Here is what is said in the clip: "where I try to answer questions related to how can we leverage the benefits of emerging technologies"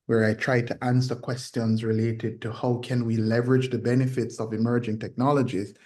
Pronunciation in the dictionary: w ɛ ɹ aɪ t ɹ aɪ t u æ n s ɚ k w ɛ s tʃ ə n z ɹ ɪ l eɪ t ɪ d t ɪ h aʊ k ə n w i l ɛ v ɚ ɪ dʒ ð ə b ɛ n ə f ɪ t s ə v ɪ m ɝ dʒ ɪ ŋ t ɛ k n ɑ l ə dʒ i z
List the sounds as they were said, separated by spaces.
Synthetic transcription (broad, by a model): w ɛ ɹ aɪ t ɹ aɪ t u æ n s ɚ k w ɛ s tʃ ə n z ɹ ɪ l eɪ t ɪ d t ɪ h aʊ k ə n w i l ɛ v ɚ ɪ dʒ ð ə b ɛ n ə f ɪ t s ə v ɪ m ɝ dʒ ɪ ŋ t ɛ k n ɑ l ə dʒ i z